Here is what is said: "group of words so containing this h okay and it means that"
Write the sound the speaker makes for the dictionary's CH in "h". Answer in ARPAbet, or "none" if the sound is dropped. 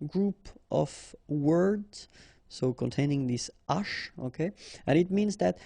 SH